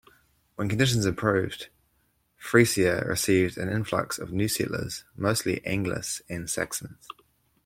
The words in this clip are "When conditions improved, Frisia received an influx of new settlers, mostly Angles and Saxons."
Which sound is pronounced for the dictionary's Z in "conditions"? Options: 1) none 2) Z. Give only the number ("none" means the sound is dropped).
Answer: 2